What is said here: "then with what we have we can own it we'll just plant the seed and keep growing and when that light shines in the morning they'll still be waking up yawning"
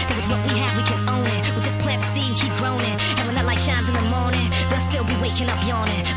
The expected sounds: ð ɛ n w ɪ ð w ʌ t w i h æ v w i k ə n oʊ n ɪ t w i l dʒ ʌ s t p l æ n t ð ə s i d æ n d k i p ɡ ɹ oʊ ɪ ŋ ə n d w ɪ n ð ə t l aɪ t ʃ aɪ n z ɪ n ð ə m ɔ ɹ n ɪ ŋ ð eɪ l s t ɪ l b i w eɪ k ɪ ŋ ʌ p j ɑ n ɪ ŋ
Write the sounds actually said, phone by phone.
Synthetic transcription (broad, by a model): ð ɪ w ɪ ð w ʌ t w i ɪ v w i k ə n oʊ n ɪ t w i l dʒ ʌ s p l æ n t s i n k i p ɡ ɹ oʊ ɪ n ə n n w ɪ n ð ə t l aɪ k ʃ aɪ n z ɪ n ð ə m ɔ ɹ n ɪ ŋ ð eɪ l s t ɪ l b i w eɪ k ɪ ŋ ʌ p j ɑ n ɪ